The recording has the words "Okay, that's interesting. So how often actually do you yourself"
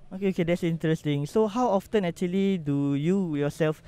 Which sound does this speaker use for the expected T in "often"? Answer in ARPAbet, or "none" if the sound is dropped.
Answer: T